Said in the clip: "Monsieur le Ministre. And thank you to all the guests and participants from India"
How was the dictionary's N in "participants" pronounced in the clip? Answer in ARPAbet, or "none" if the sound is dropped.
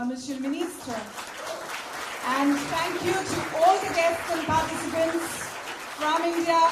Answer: N